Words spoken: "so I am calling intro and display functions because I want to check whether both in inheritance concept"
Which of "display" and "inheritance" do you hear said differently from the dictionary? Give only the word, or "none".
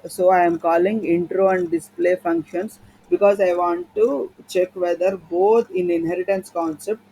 none